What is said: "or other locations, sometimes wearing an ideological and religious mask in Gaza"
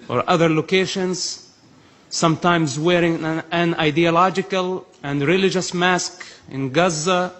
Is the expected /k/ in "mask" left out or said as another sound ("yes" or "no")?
no